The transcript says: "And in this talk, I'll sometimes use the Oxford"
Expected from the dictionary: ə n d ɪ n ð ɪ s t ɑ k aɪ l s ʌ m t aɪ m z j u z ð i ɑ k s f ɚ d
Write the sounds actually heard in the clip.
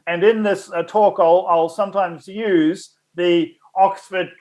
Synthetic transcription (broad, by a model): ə n ɪ n ð ɪ s t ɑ k aɪ l s ʌ m t aɪ m z j u z ð i ɑ k s f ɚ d